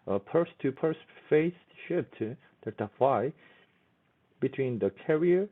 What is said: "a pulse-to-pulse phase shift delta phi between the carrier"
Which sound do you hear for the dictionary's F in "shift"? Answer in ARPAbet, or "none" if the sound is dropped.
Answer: P